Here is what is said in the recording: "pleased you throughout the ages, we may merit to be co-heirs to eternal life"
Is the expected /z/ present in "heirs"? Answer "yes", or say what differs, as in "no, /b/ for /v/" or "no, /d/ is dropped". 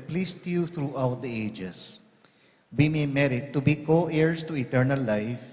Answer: no, /s/ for /z/